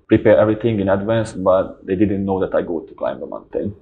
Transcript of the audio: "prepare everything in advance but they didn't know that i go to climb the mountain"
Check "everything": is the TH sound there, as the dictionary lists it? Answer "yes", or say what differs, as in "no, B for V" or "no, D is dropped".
no, T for TH